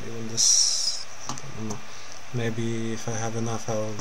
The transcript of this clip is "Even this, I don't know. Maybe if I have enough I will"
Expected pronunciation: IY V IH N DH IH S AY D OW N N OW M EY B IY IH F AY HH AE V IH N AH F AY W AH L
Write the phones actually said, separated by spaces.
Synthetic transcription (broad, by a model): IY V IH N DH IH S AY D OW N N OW M EY B IY IH F AY HH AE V IH N AH F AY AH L